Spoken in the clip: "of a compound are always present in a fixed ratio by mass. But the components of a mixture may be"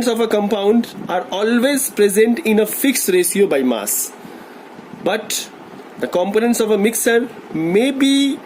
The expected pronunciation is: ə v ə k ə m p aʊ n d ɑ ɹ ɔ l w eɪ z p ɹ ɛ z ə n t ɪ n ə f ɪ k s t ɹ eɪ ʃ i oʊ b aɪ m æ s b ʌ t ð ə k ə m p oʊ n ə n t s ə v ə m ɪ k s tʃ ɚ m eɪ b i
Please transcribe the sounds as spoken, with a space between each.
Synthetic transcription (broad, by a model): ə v ə k ə m p aʊ n d ɑ ɹ ɔ l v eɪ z p ɹ ɛ z ə n t ɪ n ə f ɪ k s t ɹ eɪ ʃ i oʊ b aɪ m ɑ s b ʌ t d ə k ə m p oʊ n ə n t s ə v ə m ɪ k s ɚ m eɪ b i